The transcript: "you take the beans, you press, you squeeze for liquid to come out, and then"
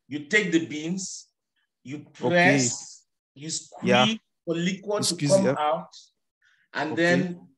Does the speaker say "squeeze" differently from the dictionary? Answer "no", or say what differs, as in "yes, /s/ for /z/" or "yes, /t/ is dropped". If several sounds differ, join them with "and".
yes, /z/ is dropped